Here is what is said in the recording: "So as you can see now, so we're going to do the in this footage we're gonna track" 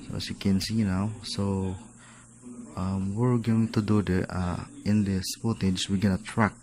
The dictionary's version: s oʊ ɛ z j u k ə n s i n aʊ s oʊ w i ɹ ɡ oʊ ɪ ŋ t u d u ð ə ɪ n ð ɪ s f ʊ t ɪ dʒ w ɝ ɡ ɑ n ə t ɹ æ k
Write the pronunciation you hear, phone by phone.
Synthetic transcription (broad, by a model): s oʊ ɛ s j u k ə n s i n aʊ s oʊ w i ɹ ɡ oʊ ɪ ŋ t u d u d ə ɪ n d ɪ s p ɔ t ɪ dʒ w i ɡ ɑ n ə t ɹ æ k